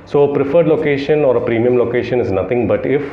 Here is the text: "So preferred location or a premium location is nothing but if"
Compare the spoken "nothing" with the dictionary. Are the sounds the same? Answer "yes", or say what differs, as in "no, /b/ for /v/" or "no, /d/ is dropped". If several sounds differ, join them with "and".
no, /t/ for /θ/